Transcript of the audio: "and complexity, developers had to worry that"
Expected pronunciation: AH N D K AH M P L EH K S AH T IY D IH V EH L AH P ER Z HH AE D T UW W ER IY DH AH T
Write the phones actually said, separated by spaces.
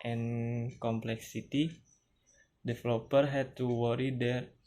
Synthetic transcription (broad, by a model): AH N K AH M P L EH K S AH T IY D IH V L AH P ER HH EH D T UW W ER IY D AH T